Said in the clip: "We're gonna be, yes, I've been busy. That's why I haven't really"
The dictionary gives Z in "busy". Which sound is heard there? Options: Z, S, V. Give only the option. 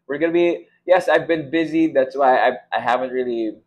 Z